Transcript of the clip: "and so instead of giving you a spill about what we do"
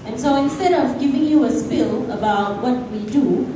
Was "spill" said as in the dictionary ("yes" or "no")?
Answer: yes